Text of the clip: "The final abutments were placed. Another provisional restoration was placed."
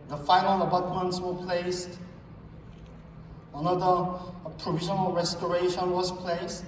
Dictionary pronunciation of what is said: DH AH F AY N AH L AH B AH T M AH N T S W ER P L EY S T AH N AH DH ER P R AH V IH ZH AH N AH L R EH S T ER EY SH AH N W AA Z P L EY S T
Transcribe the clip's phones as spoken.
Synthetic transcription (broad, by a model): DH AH F AY N AH L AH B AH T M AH N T S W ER P L EY S T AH N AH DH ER P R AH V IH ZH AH N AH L R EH S T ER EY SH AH N W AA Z P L EY S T